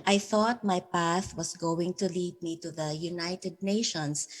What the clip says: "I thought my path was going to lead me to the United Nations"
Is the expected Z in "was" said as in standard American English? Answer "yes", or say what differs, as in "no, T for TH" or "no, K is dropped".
no, S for Z